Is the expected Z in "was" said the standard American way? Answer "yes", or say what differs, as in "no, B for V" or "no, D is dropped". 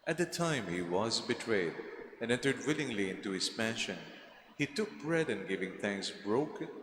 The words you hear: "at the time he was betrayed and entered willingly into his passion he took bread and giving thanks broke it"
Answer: yes